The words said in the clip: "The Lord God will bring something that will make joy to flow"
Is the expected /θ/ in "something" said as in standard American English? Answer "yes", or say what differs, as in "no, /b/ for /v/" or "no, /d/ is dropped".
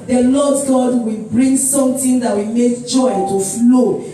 no, /t/ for /θ/